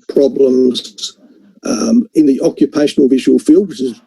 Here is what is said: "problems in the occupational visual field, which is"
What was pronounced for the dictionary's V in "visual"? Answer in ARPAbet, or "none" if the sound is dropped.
V